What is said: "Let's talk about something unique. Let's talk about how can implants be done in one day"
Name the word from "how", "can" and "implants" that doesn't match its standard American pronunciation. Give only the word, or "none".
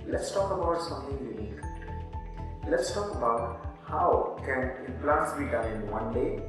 implants